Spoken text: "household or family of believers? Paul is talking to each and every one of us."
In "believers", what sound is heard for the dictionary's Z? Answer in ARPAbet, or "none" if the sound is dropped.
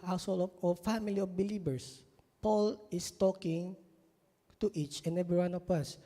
S